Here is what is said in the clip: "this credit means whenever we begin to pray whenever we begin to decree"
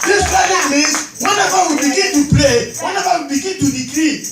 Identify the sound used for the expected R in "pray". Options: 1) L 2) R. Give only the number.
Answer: 1